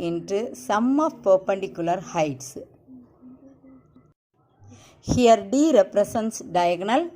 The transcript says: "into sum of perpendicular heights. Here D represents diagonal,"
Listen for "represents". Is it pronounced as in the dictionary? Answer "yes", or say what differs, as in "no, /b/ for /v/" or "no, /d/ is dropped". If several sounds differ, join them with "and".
no, /s/ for /z/